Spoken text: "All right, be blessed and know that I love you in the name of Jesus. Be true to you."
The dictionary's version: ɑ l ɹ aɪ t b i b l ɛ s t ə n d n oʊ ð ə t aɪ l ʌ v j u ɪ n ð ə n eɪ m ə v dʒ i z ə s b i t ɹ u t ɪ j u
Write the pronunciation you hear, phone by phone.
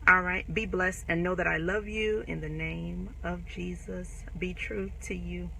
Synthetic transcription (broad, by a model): ɑ l ɹ aɪ t b i b l ɛ s t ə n n oʊ ð ə t aɪ l ʌ v j u ɪ n ð ə n eɪ m ə v dʒ i z ə s b i t ɹ u t ɪ j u